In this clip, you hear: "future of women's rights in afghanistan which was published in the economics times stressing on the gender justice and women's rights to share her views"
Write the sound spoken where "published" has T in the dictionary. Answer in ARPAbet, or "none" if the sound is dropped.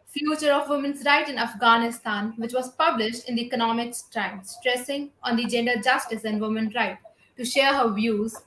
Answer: T